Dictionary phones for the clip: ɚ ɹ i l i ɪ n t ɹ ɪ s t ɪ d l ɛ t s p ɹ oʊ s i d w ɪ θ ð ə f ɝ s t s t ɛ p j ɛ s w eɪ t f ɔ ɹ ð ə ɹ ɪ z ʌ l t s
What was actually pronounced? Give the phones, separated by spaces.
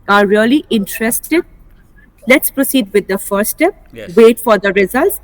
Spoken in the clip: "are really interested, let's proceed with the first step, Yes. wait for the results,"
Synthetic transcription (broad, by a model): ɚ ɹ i l i ɪ n t ɹ ɪ s t ɪ d l ɛ t s p ɹ oʊ s i d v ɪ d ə f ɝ t s t ɛ p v eɪ t f ɔ ɹ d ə ɹ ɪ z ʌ l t s